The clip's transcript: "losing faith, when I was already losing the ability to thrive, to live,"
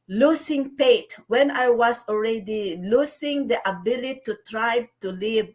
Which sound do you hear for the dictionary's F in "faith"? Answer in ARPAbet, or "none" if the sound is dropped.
P